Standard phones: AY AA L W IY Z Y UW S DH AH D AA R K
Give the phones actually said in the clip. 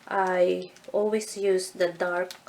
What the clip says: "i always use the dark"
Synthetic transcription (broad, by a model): AY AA L W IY S Y UW S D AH D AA R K